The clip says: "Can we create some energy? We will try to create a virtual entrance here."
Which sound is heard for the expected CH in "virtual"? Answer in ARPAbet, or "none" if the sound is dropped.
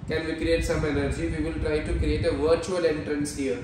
CH